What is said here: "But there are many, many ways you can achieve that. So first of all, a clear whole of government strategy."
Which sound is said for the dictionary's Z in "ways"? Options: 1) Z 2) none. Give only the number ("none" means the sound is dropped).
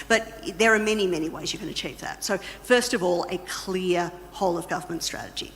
1